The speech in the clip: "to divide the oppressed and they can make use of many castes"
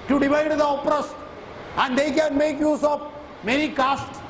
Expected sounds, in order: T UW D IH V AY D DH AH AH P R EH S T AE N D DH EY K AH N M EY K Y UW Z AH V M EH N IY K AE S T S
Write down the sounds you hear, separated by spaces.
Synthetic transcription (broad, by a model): T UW D IH V AY D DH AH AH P R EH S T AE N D EY K AH N M EY K Y UW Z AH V M EH N IY K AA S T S